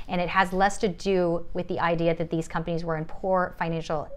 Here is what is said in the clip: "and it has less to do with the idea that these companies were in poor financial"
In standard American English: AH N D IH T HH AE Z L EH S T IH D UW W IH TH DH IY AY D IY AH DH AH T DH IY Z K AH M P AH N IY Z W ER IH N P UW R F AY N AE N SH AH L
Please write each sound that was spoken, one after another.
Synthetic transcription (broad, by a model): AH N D IH T HH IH Z L EH S T IH D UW W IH DH IY AY D IY AH DH AH T DH IY Z K AH M P AH N IY Z W ER IH N P UW R F AY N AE N SH L